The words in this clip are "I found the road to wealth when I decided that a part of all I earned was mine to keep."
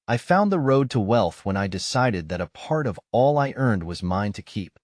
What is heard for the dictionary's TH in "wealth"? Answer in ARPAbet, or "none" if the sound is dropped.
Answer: TH